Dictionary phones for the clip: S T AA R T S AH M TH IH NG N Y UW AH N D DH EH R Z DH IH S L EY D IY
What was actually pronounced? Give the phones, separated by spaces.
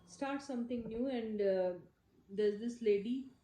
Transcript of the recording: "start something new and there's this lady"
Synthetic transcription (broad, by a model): S T AA R T S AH M T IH NG N Y UW AH N D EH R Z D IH S L EY D IY